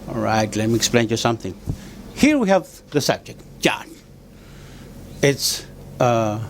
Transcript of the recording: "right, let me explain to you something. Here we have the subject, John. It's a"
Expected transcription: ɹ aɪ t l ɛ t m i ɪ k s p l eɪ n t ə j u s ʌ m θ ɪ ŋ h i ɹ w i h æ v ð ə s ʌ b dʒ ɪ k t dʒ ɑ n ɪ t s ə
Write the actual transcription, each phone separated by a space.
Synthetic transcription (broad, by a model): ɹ aɪ t l ɛ t m i ɪ k s p l eɪ n j u s ʌ m θ ɪ ŋ h i ɹ w i h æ v ð ə s ʌ b dʒ ɪ k t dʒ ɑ n ɪ t s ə